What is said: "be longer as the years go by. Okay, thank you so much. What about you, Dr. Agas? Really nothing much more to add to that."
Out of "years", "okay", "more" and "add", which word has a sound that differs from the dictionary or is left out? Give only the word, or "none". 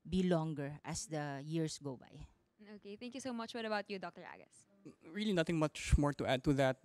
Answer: years